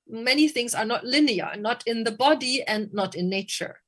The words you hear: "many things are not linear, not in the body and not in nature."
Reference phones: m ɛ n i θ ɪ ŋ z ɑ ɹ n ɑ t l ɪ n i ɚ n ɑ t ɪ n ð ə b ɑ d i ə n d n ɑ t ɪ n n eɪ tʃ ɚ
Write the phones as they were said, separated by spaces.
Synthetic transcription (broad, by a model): m ɛ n i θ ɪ ŋ s ɑ ɹ n ɑ t l ɪ n i ɚ n ɑ t ɪ n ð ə b ɑ d i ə n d n ɑ t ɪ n n eɪ tʃ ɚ